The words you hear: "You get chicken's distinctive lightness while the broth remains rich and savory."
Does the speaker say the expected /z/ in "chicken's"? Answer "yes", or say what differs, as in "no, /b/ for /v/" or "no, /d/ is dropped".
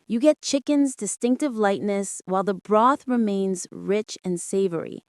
yes